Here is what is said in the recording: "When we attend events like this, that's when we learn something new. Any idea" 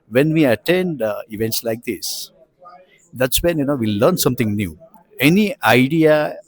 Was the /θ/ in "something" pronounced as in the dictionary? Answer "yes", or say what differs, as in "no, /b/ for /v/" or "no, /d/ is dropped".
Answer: no, /t/ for /θ/